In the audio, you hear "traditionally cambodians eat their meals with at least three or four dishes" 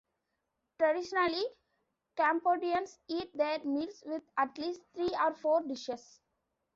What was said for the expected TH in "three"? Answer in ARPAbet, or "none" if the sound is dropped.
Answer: T